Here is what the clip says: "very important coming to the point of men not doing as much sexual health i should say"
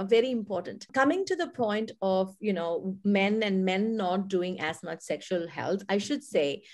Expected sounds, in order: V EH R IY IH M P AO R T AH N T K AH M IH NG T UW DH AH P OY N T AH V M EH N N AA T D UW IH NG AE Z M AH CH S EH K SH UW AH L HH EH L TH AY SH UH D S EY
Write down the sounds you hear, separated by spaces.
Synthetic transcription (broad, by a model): V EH R IY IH M P AO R T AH N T K AH M IH NG T UW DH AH P OY N T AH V M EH N N AA T D UW IH NG AE Z M AH CH S EH K SH UW AH L HH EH L T AY SH UH D S EY